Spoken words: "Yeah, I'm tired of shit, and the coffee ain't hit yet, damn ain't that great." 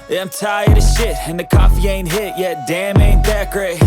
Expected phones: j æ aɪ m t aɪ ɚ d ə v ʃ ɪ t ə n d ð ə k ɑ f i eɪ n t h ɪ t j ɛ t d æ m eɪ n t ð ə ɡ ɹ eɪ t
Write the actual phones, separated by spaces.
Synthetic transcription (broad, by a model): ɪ aɪ m t aɪ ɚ d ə ʃ ɪ t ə n ð ə k ɑ f i eɪ n t h ɪ t j ɛ t d æ m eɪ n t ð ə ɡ ɹ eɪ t